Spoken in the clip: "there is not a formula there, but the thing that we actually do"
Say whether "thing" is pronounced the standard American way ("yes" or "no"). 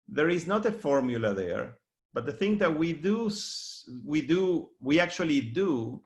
yes